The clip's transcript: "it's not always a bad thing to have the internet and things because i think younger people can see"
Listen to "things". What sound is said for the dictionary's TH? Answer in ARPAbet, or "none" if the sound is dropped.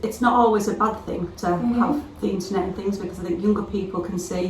TH